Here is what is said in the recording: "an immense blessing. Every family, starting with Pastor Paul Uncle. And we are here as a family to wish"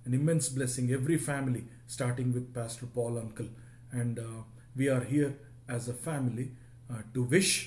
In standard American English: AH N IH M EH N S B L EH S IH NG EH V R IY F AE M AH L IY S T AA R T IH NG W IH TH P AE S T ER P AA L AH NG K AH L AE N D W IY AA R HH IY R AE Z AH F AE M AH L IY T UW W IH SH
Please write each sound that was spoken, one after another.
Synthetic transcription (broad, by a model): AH N IH M EH N S B L EH S IH NG EH V R IY F AE M AH L IY S T AA R T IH NG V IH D P AE S T ER P AA L AH NG K AH L AE N D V IY AA R HH IY R AE Z AH F AE M AH L IY T UW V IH SH